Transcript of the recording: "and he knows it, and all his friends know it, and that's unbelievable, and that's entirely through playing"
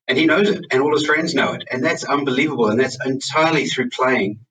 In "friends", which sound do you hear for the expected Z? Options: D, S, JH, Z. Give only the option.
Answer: Z